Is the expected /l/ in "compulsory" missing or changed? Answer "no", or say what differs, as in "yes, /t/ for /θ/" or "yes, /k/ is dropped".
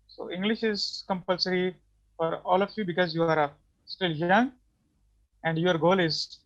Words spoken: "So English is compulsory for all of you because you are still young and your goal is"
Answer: no